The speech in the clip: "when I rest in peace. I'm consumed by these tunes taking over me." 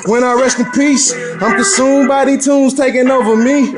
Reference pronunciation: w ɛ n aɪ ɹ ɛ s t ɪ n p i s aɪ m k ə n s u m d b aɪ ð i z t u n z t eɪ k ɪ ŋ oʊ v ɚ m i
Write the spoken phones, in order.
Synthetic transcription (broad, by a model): w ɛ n aɪ ɹ ɛ s t ɪ n p i s aɪ m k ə s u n b aɪ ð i t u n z t eɪ k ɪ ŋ oʊ v ɚ m i